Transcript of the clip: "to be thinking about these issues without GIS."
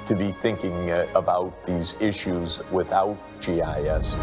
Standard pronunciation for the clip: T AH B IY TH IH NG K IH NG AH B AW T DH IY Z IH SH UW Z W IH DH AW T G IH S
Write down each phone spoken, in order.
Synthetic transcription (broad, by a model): T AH B IY TH IH NG K IH NG AH B AW T DH IY Z IH SH UW Z W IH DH AW T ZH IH S